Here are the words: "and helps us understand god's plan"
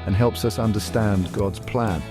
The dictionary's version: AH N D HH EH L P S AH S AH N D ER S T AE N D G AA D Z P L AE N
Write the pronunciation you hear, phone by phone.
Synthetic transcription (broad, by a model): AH N HH EH L P S AH S AH N D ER S T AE N G AA D Z P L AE N